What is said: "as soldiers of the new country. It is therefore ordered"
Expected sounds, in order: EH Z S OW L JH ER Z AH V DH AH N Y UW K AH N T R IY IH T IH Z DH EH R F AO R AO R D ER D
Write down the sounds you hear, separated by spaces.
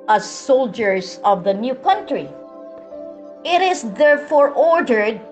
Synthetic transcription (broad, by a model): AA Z S OW L JH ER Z AH V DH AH N Y UW K AH N T R IY IH T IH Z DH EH R F AO R AO R D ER D